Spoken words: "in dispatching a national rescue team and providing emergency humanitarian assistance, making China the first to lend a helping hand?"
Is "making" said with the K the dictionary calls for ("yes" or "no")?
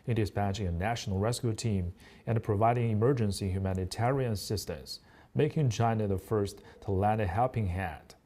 yes